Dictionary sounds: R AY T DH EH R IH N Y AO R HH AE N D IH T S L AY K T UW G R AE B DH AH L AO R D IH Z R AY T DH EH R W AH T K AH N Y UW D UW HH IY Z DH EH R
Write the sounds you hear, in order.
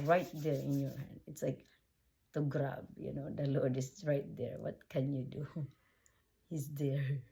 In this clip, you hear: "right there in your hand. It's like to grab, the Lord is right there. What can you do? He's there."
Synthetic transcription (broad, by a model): R AY T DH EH R IH N Y AO R HH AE N D IH T S L AY K T UW G R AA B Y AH N AO L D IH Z R AY T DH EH R W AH T K AH N Y UW D UW HH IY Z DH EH R